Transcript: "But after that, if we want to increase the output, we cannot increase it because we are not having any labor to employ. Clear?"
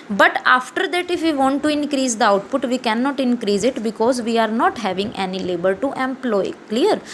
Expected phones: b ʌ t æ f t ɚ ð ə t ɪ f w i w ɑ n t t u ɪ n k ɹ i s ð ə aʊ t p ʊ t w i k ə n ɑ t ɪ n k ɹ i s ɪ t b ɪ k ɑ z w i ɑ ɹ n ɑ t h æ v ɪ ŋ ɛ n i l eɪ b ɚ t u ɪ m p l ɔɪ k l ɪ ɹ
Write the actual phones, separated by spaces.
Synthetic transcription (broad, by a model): b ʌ t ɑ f t ɚ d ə t ɪ f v i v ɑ n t t u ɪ n k ɹ i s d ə aʊ t p ʊ t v i k ə n ɑ t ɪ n k ɹ i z ɪ t b ɪ k ɑ z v i ɑ ɹ n ɑ t h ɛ v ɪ ŋ ɛ n i l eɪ b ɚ t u ɪ m p l ɔɪ k l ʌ ɹ